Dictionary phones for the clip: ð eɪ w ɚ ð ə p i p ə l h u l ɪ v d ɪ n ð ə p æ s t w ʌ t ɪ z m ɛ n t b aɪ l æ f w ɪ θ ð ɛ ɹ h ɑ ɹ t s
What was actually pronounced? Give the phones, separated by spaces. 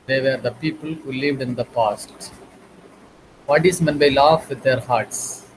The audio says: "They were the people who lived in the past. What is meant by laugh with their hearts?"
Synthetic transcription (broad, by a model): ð eɪ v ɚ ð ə p i p ə l h u l ɪ v d ɪ n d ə p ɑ s t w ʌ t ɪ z m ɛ n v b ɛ l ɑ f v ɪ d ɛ ɹ h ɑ ɹ t s